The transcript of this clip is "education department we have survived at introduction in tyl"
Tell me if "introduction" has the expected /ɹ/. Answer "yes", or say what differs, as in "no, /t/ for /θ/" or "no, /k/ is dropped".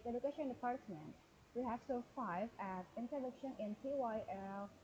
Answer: no, /ɹ/ is dropped